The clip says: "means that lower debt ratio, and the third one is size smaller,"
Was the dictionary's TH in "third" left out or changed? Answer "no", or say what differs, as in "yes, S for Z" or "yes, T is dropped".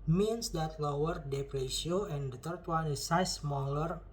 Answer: yes, T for TH